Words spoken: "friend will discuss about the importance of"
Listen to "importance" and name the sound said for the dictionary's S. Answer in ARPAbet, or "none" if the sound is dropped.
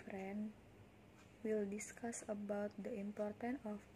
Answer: none